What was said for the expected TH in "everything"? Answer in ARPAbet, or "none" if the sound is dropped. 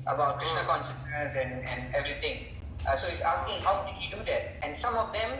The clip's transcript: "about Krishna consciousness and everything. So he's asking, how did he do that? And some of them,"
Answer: T